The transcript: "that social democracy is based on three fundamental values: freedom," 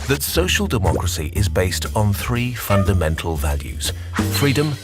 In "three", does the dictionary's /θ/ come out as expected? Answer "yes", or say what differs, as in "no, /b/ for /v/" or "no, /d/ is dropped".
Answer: yes